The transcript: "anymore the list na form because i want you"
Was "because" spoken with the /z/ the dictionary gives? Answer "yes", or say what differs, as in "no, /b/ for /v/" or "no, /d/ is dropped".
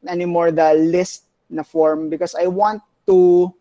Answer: no, /s/ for /z/